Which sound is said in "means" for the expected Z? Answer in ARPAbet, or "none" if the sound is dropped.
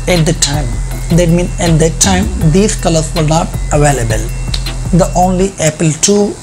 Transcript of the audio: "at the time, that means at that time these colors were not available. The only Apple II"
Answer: none